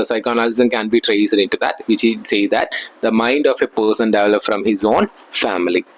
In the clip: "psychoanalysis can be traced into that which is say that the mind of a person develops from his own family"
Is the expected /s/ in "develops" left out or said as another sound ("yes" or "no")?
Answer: yes